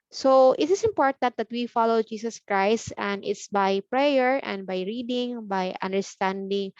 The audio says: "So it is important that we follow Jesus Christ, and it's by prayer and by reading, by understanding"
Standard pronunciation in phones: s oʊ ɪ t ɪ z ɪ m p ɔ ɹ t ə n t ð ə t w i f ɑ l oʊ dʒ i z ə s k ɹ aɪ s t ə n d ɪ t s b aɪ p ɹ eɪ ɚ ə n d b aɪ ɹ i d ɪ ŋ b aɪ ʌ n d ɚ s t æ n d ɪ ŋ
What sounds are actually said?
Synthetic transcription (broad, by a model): s oʊ ɪ t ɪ s ɪ m p ɔ ɹ t ə n t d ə t w i f ɑ l oʊ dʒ i s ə s k ɹ aɪ s t ə n d ɪ t s b aɪ p ɹ eɪ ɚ ə n d b aɪ ɹ i d ɪ ŋ b aɪ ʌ n d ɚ s t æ n d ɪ ŋ